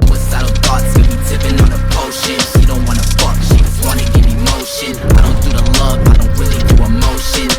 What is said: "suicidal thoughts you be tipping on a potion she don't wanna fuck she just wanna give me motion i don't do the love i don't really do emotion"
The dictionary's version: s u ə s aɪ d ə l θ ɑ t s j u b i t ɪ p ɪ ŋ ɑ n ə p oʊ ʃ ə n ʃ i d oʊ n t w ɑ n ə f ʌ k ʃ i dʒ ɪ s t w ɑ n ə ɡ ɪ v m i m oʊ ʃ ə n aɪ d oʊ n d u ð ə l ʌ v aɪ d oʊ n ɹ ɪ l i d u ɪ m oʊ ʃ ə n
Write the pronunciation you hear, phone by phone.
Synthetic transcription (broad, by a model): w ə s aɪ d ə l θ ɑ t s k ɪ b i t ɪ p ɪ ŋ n ə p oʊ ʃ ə n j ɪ d oʊ n t w ɑ n ə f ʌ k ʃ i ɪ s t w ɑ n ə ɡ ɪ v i m oʊ ʃ ə n aɪ d oʊ n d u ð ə l ʌ v aɪ d oʊ n w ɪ l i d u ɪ m oʊ ʃ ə n